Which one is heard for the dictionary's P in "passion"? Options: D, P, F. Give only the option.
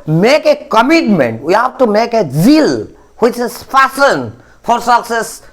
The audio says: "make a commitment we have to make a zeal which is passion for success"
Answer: F